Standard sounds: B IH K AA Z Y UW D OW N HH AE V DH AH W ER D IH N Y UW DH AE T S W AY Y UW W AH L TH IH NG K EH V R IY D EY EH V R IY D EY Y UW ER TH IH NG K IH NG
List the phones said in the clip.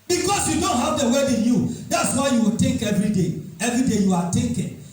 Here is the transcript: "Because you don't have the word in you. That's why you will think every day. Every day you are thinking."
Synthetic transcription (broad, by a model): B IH K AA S Y UW D OW N HH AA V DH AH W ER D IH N Y UW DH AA T S W AY Y UW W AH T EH K EH V R IY D EY EH V R IY D EY Y UW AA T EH K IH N